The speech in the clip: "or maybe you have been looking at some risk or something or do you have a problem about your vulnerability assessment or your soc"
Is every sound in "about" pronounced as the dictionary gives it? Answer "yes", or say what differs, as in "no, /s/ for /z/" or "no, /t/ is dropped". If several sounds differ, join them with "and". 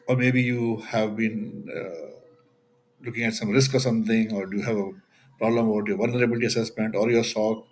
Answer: no, /b/ is dropped